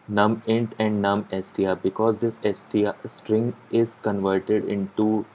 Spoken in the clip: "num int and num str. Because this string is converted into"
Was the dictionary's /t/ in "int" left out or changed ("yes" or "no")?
no